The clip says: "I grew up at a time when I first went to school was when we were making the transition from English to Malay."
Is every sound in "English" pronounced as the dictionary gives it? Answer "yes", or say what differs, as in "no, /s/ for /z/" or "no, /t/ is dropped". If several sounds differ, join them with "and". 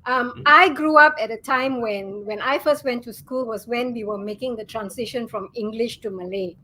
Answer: yes